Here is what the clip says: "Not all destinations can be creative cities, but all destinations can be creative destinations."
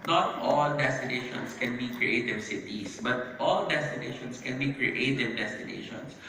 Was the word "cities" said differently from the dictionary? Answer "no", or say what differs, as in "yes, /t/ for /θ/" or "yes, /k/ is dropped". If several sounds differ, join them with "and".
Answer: yes, /s/ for /z/